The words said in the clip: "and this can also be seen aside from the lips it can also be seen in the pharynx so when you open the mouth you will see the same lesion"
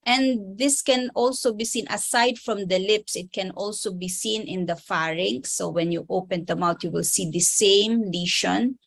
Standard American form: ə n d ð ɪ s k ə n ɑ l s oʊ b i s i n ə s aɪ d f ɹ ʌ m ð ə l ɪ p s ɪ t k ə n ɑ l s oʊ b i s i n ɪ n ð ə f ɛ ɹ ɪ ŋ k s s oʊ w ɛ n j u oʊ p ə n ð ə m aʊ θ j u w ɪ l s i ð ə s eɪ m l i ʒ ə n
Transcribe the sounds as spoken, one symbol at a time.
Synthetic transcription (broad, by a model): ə n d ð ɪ s k ə n ɑ l s oʊ b i s i n ə s aɪ d f ɹ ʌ m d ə l ɪ p s ɪ t k ə n ɑ l s oʊ b i s i n ɪ n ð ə f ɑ ɹ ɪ ŋ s s oʊ w ɛ n j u oʊ p ə n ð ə m aʊ t j u w ɪ l s i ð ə s eɪ m l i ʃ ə n